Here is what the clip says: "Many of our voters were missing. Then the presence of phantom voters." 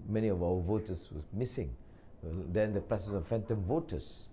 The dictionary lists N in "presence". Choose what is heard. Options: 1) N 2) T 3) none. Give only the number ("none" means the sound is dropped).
3